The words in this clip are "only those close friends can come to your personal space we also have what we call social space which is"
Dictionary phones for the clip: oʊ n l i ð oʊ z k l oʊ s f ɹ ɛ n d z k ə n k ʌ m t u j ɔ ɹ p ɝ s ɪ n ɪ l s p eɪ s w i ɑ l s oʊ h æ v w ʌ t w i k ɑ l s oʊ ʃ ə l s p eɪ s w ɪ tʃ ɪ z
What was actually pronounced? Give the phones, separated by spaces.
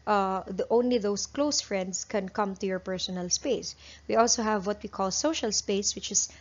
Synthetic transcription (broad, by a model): oʊ n l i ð oʊ s k l oʊ s f ɹ ɛ n d s k ə n k ʌ m t u j ɔ ɹ p ɝ s ɪ n ɪ l s p eɪ s w i ɑ l s oʊ h æ v w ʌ t w i k ɑ l s oʊ ʃ ə l s p eɪ s w ɪ tʃ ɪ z